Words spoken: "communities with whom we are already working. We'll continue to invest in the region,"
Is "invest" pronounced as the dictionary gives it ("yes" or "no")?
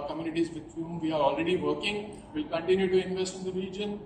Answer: yes